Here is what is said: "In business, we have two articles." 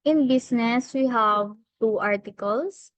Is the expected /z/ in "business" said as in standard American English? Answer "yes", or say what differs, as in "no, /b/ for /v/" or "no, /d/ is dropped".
no, /s/ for /z/